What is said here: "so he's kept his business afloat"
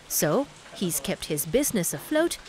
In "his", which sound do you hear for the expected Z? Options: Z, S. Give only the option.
Z